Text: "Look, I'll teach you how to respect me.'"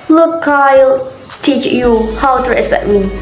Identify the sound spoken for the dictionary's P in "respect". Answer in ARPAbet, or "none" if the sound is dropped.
none